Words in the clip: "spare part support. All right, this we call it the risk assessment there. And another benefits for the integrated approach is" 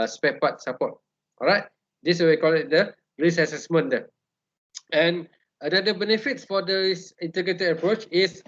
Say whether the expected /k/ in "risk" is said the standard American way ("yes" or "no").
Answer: no